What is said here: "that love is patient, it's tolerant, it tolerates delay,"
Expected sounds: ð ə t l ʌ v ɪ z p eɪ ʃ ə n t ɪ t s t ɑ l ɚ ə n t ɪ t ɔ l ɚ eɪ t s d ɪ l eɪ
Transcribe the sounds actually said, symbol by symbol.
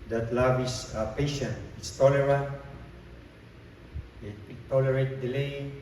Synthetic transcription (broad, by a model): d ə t l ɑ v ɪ s p eɪ ʃ ə n t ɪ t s t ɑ l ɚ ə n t ɪ t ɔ l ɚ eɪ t d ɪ l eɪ